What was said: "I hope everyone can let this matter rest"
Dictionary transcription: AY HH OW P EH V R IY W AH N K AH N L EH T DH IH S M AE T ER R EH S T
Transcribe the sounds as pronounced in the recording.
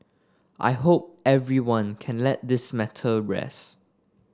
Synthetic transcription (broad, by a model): AY HH OW P EH V R IY W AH N K AH N L EH T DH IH S M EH T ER R EH S